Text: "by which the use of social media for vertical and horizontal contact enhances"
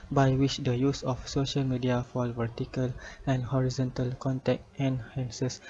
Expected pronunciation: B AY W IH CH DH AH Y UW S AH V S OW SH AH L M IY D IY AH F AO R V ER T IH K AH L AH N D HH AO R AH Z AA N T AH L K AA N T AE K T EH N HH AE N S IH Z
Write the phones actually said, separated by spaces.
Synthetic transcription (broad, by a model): B AY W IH CH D AH Y UW S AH F S OW SH AH L M IY D IY AH F AO L V ER T IH K AH L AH N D HH AO R AH Z AA N T AH L K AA N T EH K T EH N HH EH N S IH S